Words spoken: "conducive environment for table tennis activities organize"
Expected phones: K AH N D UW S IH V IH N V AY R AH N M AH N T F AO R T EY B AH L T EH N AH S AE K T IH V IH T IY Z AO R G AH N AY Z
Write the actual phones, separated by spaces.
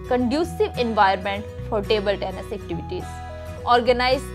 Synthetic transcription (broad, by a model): K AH N D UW S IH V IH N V AY AH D M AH N T F AO R T EY B AH L T EH N AH S AE K T IH V IH T IY Z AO R G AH N AY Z